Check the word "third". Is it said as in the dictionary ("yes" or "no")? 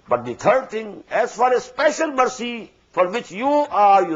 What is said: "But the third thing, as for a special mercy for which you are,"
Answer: no